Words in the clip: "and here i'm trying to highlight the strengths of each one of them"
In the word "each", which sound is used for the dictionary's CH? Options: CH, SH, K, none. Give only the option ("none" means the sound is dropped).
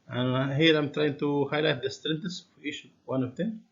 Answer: SH